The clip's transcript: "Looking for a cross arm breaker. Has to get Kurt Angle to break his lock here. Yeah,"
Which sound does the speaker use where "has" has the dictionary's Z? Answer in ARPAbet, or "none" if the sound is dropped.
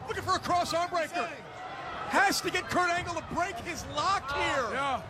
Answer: S